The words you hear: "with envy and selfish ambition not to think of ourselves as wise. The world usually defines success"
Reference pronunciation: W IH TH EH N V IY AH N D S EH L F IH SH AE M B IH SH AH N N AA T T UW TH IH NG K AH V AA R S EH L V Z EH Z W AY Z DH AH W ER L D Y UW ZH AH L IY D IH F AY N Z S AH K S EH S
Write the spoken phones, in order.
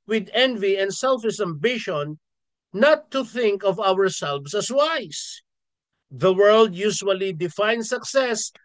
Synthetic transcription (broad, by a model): W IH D EH N V IY AH N D S EH L F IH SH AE M B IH SH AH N N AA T T UW TH IH NG K AH V AA R S EH L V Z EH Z W AY S DH AH W ER L D Y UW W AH L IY D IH F AY N S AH K S EH S